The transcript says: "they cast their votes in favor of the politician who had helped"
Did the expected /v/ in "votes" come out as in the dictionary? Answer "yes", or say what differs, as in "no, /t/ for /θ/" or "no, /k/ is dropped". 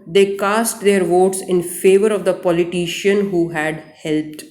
yes